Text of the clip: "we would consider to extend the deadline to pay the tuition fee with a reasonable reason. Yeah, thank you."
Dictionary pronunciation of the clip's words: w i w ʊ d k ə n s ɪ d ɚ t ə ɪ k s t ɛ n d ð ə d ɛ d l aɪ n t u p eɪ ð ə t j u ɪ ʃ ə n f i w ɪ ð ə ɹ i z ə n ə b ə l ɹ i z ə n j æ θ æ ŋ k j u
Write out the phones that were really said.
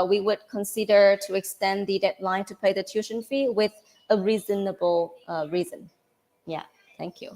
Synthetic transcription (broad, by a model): w i w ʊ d k ə n s ɪ d ɚ t ə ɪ k s t ɛ n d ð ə d ɛ d l aɪ n t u p eɪ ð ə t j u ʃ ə n f i w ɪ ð ə ɹ i z ə n ə b ə l ɹ i z ə n j æ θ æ ŋ k j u